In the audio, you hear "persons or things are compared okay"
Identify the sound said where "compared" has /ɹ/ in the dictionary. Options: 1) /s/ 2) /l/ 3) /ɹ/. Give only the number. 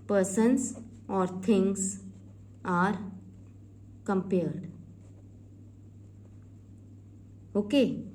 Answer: 3